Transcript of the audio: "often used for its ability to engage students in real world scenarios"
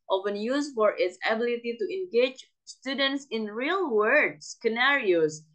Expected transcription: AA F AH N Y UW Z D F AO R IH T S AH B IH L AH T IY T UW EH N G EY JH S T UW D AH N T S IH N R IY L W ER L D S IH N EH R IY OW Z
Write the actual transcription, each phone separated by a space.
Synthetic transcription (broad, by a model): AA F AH N Y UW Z F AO R IH T S AH B IH L AH T IY T UW EH N G EY JH S T UW D AH N T S IH N R IY L W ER D S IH N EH R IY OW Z